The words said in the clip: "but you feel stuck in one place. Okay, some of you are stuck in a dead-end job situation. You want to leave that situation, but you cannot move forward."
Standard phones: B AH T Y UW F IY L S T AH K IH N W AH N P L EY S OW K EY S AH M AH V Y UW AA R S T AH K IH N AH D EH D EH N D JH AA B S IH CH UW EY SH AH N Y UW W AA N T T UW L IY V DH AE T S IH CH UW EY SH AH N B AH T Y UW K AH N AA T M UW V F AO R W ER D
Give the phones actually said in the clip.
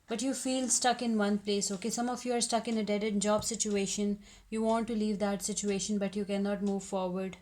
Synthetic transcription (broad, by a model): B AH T Y UW F IY L S T AH K IH N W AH N P L EY S OW K EY S AH M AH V Y UW AA R S T AH K IH N AH D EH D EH D JH AA B S IH CH UW EY SH AH N Y UW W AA N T T UW L IY V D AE T S IH CH UW EY SH AH N B AH T Y UW K AH N AA T M UW V F AO R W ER D